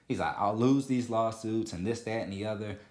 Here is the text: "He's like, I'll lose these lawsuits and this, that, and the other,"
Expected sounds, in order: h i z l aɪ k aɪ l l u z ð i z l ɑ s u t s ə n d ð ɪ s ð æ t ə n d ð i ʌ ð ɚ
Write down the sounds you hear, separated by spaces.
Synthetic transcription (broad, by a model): h i z l aɪ k aɪ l l u z ð i z l ɑ s u t s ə n ð ɪ s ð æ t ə n ð i ʌ ð ɚ